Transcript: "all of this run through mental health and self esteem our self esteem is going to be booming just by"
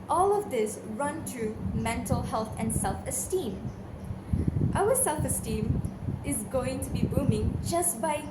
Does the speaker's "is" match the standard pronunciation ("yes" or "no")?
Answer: yes